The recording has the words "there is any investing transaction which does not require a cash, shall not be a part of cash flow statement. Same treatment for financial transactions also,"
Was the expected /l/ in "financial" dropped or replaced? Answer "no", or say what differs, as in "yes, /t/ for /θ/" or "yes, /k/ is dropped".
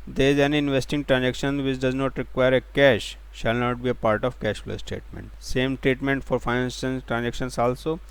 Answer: yes, /n/ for /l/